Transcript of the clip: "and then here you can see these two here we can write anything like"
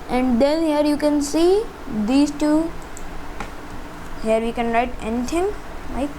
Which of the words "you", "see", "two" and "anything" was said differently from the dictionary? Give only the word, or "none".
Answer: anything